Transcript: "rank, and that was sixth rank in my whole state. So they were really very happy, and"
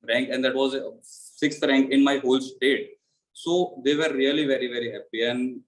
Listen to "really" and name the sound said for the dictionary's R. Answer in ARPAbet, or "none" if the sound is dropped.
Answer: L